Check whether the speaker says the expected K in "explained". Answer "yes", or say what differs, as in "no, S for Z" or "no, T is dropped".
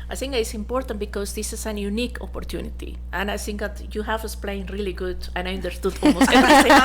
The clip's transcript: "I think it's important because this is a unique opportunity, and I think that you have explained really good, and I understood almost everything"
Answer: no, K is dropped